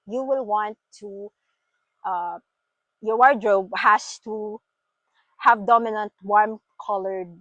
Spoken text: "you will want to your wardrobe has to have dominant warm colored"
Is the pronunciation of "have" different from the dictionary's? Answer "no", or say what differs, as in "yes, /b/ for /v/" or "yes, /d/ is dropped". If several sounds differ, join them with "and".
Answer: no